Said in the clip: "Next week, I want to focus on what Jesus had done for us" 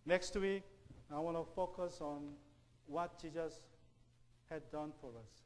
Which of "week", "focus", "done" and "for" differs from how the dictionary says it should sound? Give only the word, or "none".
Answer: none